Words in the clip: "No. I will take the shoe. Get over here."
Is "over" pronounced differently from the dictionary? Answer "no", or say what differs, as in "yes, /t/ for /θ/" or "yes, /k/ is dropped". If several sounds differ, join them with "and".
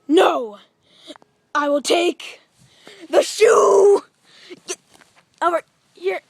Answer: yes, /v/ is dropped